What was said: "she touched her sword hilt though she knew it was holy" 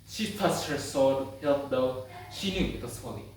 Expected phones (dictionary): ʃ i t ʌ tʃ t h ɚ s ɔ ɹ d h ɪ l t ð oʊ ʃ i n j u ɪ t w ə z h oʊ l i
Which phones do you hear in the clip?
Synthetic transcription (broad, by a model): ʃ i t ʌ s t h ɚ s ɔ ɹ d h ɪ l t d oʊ ʃ i n j u ɪ t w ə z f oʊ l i